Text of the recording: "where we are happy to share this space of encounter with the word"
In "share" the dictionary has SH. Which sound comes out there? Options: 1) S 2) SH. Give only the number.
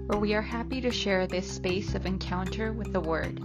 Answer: 2